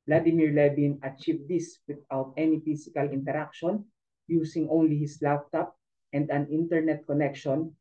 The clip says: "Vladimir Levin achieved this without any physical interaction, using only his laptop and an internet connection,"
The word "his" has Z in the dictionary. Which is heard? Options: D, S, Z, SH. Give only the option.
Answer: S